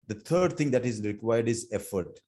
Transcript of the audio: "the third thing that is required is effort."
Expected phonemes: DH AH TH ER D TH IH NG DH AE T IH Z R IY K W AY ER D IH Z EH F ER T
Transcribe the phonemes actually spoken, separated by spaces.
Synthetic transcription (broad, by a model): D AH T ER D T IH NG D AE T IH Z R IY K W AY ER D IH Z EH F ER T